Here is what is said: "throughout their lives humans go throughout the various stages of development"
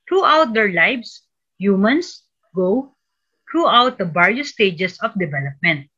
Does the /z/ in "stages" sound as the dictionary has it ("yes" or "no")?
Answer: no